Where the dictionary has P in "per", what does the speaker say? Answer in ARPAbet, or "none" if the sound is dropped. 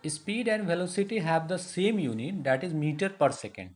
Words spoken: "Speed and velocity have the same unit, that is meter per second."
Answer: P